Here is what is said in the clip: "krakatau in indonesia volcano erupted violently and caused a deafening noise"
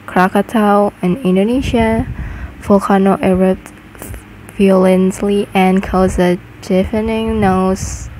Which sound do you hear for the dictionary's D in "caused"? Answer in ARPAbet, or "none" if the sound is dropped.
none